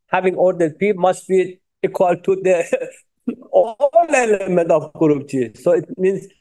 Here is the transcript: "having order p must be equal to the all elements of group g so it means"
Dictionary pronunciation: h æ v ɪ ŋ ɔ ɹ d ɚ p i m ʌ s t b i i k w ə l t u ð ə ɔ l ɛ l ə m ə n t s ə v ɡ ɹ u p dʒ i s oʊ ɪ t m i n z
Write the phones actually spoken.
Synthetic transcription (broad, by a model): h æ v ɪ ŋ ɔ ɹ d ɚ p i m ʌ s t b i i k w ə l t u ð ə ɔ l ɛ l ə m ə n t ə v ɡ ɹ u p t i s oʊ ɪ t m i n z